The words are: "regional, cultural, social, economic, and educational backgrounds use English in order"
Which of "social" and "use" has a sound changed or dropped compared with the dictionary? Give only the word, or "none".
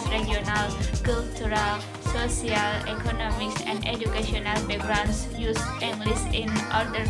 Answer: social